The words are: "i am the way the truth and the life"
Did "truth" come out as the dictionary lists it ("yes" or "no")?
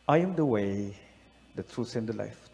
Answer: no